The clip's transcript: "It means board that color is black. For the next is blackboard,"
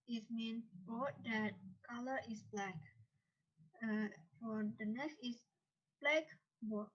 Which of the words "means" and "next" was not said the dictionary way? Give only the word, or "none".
means